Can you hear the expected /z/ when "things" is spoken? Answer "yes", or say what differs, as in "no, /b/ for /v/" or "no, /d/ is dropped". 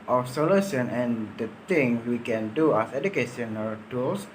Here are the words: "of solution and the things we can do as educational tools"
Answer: no, /z/ is dropped